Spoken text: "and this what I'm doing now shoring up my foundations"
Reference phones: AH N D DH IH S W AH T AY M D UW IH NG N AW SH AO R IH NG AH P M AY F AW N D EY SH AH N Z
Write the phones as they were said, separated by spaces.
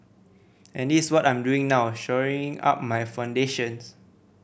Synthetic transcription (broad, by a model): AH N D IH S W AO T AY M D UW IH NG N AW SH AO R IH NG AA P M AY F AW N D EY SH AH N S